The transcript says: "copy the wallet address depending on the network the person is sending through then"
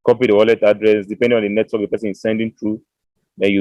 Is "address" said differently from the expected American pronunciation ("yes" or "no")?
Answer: no